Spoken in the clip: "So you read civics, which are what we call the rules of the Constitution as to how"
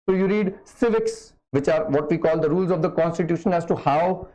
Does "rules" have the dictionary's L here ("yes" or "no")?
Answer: yes